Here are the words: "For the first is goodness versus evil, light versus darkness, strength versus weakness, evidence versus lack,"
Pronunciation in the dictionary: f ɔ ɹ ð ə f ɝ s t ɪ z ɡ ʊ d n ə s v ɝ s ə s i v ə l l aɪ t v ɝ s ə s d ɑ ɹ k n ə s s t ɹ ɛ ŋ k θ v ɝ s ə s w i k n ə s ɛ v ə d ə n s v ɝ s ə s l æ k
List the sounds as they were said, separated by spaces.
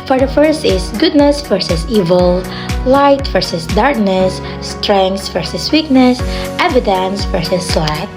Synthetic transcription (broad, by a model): f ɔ ɹ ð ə f ɝ s t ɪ s ɡ ʊ d n ə s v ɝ s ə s i v ə l l aɪ t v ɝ s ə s d ɑ ɹ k n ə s s t ɹ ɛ ŋ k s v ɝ s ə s w i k n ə s ɛ v ə d ə n s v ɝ s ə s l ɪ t